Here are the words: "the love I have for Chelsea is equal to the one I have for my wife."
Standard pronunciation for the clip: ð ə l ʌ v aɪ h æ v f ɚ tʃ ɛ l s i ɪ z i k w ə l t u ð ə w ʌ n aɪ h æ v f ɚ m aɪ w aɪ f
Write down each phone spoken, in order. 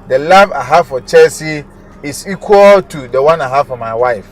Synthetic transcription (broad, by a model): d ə l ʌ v aɪ h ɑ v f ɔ tʃ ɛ s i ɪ s i k w ə l t u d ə w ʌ n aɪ h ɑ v f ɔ m aɪ w aɪ f